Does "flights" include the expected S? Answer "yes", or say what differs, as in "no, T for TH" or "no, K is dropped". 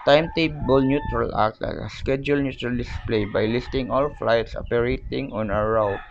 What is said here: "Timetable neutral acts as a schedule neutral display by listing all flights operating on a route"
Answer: yes